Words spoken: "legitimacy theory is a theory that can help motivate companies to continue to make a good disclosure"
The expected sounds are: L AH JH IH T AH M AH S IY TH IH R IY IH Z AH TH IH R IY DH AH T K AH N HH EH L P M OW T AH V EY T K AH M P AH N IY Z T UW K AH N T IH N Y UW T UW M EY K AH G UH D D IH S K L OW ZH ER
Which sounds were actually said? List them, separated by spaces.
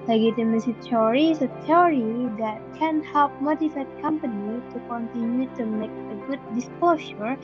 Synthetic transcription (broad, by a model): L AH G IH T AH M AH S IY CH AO R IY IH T AH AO R IY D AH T K AH N HH EH L P M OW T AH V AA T K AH M P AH N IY T UW K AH N T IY N Y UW T UW M EY K AH G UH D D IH S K L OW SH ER